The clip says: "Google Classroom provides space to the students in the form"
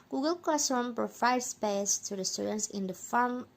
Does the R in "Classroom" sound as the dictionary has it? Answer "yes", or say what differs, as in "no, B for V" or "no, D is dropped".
no, R is dropped